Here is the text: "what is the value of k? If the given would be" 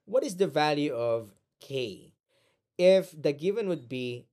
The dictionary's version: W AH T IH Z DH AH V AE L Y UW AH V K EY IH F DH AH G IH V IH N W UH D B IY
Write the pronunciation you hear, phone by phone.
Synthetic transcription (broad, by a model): W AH T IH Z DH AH V AE L Y UW AH V K EY IH F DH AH G IH V IH N W UH D B IY